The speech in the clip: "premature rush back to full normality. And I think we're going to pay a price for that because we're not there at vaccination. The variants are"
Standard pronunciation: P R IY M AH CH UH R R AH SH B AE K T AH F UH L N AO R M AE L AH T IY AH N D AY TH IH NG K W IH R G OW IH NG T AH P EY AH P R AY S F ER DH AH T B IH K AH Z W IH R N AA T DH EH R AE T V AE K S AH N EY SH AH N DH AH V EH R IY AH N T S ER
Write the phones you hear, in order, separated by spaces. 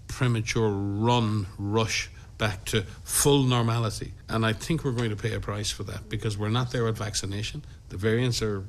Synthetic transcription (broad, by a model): P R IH M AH CH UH R R AH SH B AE K T AH F UH L N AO R M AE L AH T IY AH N AY TH IH NG K W IH R G OW IH NG T AH P EY AH P R AY S F ER DH AH T B IH K AH Z W IH R N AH T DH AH R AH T V AE K S AH N EY SH AH N DH AH V EH R IY AH N T S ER